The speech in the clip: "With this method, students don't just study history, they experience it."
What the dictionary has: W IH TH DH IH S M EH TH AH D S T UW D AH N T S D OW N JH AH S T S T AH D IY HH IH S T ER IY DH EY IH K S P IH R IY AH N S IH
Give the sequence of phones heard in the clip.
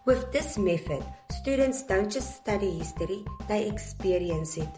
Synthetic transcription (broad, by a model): W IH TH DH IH S M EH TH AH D S T UW D AH N T S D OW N CH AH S S T AH D IY HH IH S T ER IY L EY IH K S P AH R IY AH N S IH